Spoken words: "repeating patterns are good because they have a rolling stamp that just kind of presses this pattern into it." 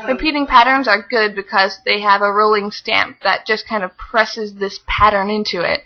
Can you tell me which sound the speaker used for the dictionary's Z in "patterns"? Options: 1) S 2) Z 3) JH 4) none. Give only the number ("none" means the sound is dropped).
2